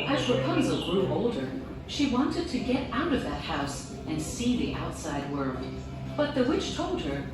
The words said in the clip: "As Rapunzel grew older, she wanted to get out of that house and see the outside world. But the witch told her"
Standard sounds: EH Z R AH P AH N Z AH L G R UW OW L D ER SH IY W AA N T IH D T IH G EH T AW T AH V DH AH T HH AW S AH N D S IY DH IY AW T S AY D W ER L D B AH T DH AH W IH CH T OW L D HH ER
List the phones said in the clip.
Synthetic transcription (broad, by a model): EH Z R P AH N Z L G R UW OW L D ER SH IY W AA N T IH D T IH G EH T AW T AH V DH AH T HH AW S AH N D S IY DH IY AW T S AY D W ER L D B AH T DH AH W IH CH T OW L D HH ER